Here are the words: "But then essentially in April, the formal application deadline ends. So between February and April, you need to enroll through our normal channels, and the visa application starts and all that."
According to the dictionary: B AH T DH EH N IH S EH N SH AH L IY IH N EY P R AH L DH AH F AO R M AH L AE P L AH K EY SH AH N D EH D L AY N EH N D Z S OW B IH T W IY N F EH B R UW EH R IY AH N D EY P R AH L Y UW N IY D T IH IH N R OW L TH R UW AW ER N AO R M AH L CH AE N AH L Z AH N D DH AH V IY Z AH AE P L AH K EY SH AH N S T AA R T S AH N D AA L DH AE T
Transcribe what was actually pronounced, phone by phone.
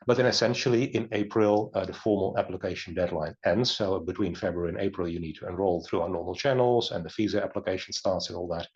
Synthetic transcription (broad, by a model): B AH T DH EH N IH S EH N SH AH L IY IH N EY P R AH L DH AH F AO R M AH L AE P L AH K EY SH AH N D EH D L AY N EH N D Z S OW B IH T W IY N F EH B R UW R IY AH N EY P R AH L Y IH N IY D T IH IH N R OW L TH R UW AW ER N AO R M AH L CH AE N L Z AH N DH AH F IY Z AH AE P L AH K EY SH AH N S T AA R T S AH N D AA L DH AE T